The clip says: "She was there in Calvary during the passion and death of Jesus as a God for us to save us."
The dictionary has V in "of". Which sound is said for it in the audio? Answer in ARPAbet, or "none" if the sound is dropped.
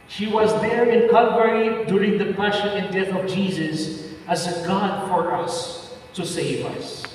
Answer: V